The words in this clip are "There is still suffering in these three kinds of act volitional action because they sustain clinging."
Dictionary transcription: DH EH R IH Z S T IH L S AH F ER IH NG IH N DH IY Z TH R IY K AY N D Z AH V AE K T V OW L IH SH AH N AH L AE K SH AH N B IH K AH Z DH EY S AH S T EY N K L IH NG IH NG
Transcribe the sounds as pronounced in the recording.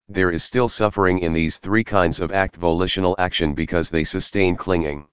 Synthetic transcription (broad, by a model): DH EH R IH Z S T IH L S AH F ER IH NG IH N DH IY Z TH R IY K AY N D Z AH V AE K T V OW L IH SH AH N L AE K SH AH N B IH K AH Z DH EY S AH S T EY N K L IH NG IH NG